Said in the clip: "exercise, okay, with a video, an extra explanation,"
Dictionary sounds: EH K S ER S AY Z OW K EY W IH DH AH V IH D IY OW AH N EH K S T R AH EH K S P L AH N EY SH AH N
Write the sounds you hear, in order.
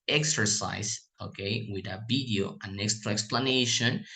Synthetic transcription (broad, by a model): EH K S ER S AY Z OW K EY W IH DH AH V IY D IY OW AH N EH K S T R AH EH K S P L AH N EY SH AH N